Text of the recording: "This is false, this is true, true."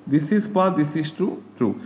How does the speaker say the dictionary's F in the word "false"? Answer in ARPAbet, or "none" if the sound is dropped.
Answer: P